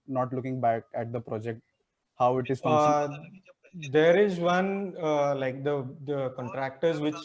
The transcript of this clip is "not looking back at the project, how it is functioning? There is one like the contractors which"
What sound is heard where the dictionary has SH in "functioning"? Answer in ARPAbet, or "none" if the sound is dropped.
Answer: none